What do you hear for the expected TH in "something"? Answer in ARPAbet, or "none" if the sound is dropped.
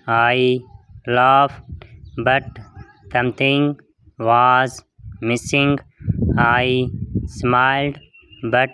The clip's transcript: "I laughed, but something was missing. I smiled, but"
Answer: T